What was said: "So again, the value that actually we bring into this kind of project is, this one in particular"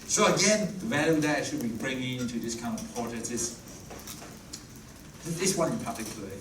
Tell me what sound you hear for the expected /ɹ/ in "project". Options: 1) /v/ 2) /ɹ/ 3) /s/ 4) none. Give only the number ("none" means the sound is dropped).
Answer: 4